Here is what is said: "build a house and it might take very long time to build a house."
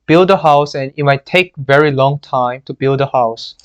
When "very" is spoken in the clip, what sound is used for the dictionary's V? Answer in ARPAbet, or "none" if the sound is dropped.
V